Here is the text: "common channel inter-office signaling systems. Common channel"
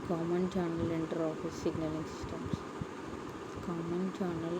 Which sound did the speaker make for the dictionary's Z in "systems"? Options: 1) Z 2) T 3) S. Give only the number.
3